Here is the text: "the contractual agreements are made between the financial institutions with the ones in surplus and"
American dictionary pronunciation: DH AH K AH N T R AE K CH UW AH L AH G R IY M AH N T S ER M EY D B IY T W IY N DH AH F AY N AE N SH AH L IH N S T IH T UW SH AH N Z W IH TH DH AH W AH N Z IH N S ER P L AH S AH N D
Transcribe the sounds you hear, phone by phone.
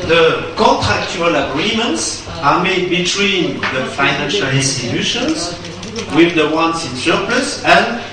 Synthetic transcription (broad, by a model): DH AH K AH N T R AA K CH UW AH L AH G R IY M AH N T S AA M EY D B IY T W IY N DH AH F AY N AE N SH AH L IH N S T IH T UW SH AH N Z W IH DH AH W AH N S IH N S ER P L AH S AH N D